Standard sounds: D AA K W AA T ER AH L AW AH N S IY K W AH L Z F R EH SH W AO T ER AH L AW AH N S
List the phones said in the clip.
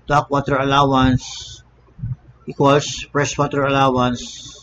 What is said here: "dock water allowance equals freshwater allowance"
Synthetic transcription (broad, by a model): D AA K W AA T ER AH L AW AH N S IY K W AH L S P R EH S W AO T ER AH L AW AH N S